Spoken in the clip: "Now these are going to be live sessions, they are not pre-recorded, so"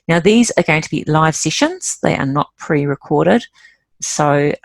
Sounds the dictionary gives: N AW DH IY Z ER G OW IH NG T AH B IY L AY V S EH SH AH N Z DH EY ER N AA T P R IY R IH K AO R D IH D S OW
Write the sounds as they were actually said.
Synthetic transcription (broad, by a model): N AW DH IY Z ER G OW IH NG T AH B IY L AY V S EH SH AH N Z DH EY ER N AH T P R IY R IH K AO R D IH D S OW